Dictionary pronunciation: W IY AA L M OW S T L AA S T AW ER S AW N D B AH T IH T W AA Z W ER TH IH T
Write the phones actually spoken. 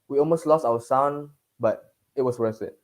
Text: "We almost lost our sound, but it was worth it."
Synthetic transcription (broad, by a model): W IY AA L M OW S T L AA S T AW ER S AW N B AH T IH T W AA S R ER S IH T